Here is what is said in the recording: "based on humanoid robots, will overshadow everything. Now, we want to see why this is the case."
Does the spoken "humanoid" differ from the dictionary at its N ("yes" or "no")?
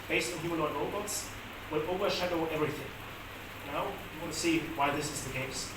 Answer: yes